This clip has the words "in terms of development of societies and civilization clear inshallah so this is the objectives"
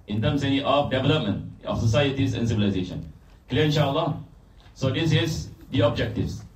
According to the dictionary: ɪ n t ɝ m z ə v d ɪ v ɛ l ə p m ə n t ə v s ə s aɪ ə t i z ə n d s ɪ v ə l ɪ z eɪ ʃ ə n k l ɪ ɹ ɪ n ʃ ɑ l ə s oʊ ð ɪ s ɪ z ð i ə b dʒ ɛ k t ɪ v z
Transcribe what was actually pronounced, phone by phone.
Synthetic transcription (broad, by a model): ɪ n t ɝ m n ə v d ɪ v ɛ l ə p m ə n t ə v s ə s aɪ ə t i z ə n s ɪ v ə l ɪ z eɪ ʃ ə n k l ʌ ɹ ɪ n ʃ ɑ l ə s oʊ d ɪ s ɪ z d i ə b dʒ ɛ k t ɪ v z